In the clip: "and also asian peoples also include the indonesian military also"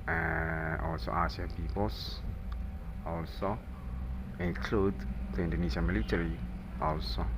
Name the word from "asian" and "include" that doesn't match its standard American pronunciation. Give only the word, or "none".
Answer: asian